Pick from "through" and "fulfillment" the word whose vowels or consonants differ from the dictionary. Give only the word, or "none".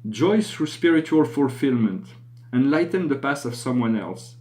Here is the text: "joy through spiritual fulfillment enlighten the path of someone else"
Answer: none